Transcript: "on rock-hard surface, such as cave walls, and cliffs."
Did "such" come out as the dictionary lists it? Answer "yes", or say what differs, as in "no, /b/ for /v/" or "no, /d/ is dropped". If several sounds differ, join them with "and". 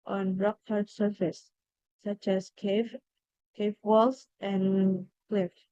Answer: yes